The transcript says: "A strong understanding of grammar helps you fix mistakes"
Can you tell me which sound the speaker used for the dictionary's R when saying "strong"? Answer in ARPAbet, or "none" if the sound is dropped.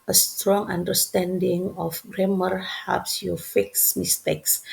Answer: R